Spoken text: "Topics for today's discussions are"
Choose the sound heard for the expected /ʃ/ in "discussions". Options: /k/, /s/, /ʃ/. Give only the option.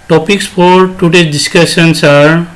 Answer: /s/